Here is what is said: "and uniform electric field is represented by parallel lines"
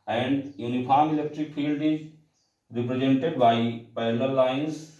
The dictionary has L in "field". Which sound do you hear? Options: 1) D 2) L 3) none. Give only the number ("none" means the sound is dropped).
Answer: 2